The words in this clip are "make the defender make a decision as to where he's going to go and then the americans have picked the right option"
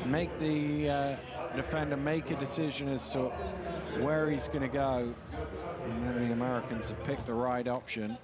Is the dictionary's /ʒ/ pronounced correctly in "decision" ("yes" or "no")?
yes